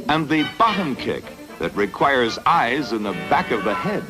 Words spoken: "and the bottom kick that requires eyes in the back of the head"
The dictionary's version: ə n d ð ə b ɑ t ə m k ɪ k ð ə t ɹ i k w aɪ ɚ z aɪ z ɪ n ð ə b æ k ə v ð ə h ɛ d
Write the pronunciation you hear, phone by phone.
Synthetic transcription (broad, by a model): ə n ð ə b ɑ t ə m k ɪ k ð ə t ɹ i k w aɪ ɚ z aɪ z ɪ n ð ə b æ k ə v ð ə h ɛ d